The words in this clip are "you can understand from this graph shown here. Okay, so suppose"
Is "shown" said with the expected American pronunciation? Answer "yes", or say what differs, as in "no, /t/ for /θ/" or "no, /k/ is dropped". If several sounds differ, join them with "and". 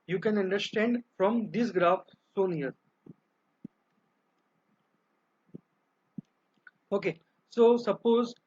no, /s/ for /ʃ/